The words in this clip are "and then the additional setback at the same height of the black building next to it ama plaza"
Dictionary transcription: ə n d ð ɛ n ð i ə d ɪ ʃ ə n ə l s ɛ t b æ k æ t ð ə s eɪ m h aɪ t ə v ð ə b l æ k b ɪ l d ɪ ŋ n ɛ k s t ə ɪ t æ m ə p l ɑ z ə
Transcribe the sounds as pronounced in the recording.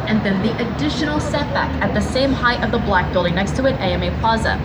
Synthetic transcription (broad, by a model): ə n ð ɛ n ð i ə d ɪ ʃ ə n l s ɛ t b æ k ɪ t ð ə s eɪ m h aɪ t ə v ð ə b l æ k b ɪ l d ɪ ŋ n ɛ k s t ə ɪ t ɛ m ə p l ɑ z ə